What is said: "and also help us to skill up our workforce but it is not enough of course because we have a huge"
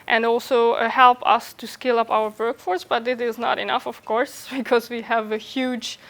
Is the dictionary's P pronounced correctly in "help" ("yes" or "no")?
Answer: yes